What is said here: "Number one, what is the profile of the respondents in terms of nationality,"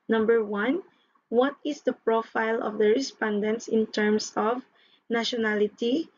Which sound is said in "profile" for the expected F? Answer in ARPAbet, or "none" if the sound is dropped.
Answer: F